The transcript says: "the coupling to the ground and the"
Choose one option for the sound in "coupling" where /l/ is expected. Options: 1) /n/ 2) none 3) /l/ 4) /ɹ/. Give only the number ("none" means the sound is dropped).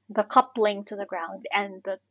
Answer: 3